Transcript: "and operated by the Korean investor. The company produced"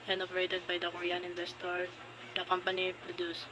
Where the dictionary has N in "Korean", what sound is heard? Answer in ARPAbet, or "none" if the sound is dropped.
N